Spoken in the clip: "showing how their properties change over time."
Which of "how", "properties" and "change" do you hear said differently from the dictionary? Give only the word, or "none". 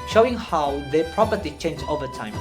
properties